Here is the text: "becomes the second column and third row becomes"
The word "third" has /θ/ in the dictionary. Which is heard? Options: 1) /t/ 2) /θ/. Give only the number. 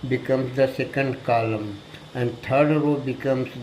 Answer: 1